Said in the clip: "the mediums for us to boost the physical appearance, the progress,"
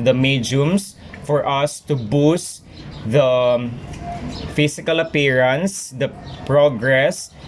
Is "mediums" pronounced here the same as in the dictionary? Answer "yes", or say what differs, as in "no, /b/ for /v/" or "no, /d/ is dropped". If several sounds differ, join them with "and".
no, /s/ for /z/